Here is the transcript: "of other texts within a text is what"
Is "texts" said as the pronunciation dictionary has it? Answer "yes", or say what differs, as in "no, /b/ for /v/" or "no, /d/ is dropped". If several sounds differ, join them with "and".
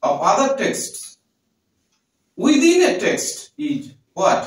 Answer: yes